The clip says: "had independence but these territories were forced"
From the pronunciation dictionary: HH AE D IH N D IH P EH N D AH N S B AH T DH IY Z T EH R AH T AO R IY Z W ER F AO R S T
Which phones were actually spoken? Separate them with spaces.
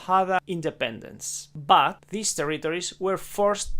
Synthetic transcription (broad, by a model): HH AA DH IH N D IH P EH N D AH N S B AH T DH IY S T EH R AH T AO R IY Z W ER F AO R S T